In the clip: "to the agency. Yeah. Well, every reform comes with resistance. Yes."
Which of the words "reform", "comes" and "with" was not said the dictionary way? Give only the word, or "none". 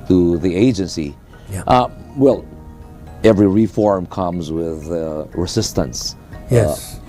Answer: none